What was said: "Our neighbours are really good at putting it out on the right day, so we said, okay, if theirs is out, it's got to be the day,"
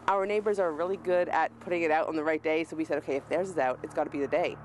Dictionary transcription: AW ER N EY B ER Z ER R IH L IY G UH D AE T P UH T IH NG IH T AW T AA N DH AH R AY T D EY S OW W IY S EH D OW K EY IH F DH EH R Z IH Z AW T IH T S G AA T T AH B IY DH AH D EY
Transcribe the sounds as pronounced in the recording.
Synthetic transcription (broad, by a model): AW ER N EY B ER Z ER R IH L IY G UH D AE T P UH T IH NG IH T AW T N DH AH R AY T D EY S OW W IY S EH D OW K EY IH F DH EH R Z IH Z AW T IH T S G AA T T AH B IY DH AH D EY